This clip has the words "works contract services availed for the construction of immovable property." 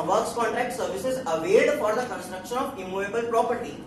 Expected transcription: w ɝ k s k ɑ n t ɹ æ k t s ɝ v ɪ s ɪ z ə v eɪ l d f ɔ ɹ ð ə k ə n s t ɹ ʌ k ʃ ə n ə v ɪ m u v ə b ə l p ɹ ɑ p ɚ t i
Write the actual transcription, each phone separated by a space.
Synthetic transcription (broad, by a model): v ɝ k s k ɑ n t ɹ æ k t s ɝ v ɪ s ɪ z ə v eɪ d f ɔ ɹ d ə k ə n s t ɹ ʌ k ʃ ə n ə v ɪ m u v ə b ə l p ɹ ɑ p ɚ t i